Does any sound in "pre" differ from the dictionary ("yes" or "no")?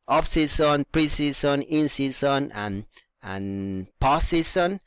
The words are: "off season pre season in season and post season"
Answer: no